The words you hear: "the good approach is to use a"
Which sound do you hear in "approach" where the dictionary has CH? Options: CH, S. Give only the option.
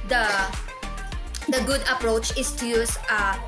CH